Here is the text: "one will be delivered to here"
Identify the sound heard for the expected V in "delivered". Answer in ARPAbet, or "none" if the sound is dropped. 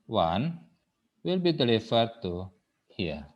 F